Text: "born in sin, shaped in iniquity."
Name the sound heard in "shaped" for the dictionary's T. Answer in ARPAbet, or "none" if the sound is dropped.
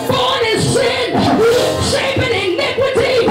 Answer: none